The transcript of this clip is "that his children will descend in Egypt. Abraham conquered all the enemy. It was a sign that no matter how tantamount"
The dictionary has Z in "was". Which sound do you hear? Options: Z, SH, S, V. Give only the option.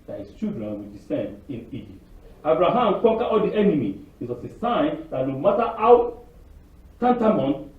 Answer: S